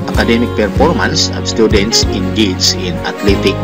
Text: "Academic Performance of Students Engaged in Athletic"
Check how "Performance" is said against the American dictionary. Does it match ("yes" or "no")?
yes